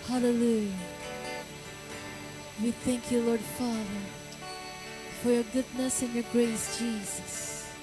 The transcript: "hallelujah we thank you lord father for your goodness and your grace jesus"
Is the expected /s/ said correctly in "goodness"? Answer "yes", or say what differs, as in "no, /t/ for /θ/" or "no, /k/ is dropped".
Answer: yes